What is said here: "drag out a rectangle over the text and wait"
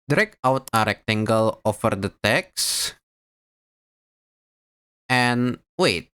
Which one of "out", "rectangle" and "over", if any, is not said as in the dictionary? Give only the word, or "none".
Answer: over